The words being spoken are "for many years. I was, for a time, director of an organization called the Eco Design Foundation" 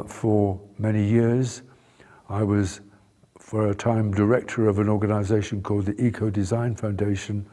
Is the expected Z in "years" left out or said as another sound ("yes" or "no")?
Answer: no